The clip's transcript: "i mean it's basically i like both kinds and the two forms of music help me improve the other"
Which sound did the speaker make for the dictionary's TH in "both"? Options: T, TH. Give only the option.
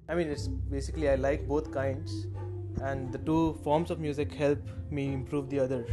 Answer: T